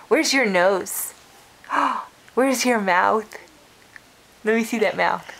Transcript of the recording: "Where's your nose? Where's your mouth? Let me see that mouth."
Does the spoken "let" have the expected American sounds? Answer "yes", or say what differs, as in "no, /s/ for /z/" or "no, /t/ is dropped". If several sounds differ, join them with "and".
no, /n/ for /l/